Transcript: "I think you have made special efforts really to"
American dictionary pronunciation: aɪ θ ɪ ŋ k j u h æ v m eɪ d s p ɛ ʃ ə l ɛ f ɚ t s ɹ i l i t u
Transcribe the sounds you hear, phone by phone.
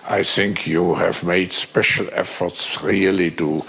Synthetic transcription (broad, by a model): aɪ θ ɪ ŋ k j u h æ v m eɪ d s p ɛ ʃ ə l ɛ f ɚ t s ɹ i l i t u